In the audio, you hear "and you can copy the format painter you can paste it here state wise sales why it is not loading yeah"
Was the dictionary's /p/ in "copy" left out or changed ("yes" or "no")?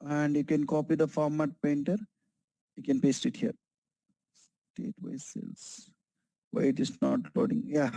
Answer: no